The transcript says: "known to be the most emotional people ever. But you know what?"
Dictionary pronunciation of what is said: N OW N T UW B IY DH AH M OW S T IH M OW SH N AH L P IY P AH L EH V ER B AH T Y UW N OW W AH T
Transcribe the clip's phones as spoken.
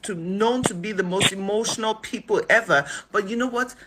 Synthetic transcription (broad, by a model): N OW N T UW B IY DH AH M OW S T IH M OW SH N AH L P IY P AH L EH V ER B AH T Y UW N OW W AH T